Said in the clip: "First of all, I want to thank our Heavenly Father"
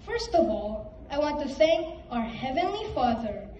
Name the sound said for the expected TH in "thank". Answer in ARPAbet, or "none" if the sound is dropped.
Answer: S